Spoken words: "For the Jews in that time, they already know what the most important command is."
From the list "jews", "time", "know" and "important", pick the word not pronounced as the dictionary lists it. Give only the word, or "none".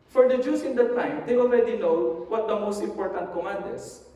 jews